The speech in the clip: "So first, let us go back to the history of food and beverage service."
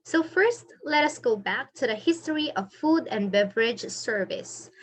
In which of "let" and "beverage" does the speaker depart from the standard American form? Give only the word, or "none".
none